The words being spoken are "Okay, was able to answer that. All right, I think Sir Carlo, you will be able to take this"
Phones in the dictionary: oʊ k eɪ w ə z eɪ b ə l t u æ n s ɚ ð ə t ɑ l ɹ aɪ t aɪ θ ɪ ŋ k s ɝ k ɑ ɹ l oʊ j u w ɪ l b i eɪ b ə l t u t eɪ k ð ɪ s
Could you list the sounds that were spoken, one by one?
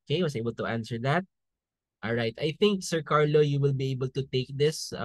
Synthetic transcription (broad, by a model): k eɪ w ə s eɪ b ə l t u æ n s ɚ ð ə t ɑ l ɹ aɪ t aɪ θ ɪ ŋ k s ɝ k ɑ ɹ l oʊ j u w ɪ l b i eɪ b ə l t u t eɪ k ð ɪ s